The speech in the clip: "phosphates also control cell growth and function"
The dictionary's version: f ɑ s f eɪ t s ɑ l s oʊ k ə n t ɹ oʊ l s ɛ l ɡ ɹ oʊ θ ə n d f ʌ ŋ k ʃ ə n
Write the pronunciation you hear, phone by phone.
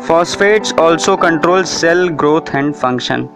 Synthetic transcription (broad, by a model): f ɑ s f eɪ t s ɑ l s oʊ k ə n t ɹ oʊ l s ɛ l ɡ ɹ oʊ t ə n d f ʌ ŋ k ʃ ə n